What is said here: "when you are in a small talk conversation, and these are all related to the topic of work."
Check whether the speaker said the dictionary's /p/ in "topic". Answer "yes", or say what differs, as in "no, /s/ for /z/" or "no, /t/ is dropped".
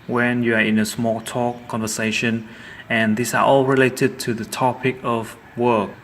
yes